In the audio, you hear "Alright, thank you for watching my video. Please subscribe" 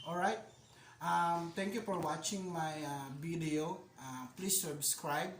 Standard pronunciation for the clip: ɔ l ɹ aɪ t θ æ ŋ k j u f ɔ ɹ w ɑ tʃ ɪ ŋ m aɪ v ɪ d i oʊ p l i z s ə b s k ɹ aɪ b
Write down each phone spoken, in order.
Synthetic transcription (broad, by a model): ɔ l ɹ aɪ t t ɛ ŋ k j u f ɔ ɹ w ɑ tʃ ɪ ŋ m aɪ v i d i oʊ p l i s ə b s k ɹ aɪ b